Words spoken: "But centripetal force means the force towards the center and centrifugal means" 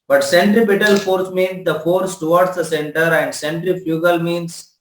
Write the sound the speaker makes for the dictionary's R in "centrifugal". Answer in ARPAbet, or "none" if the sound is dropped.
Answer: R